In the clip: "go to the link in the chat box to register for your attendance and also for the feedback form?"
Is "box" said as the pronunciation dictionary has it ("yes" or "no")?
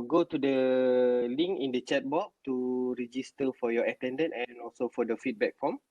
no